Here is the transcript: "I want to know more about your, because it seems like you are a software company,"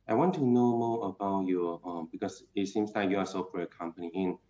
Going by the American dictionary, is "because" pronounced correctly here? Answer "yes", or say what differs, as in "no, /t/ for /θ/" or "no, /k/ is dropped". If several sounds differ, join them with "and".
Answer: no, /s/ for /z/